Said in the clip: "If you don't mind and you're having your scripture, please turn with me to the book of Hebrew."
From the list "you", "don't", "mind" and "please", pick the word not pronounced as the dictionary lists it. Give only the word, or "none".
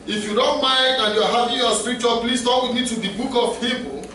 please